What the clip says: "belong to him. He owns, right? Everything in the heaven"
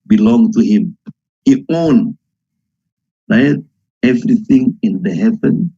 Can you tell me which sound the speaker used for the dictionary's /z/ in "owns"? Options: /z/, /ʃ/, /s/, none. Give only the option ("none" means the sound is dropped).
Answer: none